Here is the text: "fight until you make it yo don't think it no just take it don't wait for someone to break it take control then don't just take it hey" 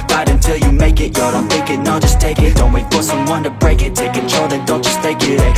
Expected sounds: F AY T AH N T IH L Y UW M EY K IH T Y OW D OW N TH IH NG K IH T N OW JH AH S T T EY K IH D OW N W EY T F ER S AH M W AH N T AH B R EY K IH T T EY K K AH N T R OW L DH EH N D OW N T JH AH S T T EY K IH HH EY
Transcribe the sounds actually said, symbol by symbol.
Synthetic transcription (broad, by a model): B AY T AH N T IH L Y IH M EY K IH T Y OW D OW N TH IH K IH T N OW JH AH S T T EY K IH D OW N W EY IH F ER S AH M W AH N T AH B R EY K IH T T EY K K AH N T R OW L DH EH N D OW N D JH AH S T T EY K IH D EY